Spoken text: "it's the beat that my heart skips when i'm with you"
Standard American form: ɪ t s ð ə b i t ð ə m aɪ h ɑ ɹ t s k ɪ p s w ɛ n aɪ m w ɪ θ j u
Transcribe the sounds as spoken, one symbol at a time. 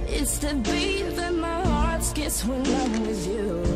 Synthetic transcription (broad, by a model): ɪ t s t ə b i ð ə m aɪ h ɑ ɹ t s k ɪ s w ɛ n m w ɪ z j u